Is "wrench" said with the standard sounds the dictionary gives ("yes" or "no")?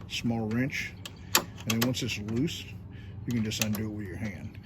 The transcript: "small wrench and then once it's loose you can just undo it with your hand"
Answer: yes